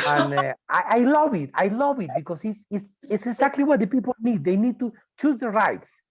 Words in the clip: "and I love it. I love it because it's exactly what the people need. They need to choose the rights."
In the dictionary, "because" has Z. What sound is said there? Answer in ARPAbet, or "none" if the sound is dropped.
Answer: S